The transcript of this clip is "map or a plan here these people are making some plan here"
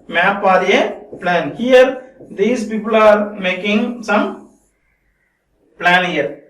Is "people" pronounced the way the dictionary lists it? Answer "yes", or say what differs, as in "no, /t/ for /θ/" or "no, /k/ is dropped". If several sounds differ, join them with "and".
yes